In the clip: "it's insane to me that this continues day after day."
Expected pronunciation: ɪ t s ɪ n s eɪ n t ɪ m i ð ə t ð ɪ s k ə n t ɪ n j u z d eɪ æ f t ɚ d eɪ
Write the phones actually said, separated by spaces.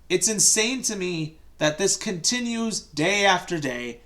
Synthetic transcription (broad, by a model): ɪ t s ɪ n s eɪ n t ɪ m i ð ə t ð ɪ s k ə n t ɪ n j u z d eɪ æ f t ɚ d eɪ